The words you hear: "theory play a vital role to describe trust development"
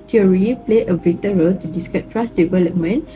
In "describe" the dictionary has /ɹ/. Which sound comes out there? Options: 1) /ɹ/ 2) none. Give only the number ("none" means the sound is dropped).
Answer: 2